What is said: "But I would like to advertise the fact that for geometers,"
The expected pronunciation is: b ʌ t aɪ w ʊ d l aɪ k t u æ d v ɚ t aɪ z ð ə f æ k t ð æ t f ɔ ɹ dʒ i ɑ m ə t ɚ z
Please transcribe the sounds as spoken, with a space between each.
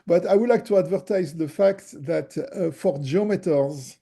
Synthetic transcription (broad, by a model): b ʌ t aɪ w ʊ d l aɪ k t u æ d v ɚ t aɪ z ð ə f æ k t ð æ t f ɔ ɹ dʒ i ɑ m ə t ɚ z